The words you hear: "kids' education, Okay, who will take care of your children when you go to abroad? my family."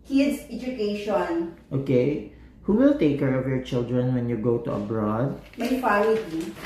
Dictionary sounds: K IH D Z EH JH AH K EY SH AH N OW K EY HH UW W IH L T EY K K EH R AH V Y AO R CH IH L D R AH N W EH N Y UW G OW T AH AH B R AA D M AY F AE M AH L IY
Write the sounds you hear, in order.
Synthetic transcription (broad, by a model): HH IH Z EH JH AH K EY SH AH N OW K EY HH UW W IH L T EY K K EH R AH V Y AO R CH IH L D R AH N W EH N Y UW G OW T AH AH B R AA D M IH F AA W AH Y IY